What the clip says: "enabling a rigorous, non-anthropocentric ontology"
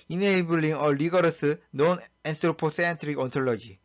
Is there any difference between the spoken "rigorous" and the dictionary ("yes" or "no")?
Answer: yes